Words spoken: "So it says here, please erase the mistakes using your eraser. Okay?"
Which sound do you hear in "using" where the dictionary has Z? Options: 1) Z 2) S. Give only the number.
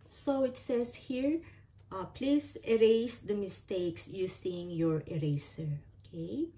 2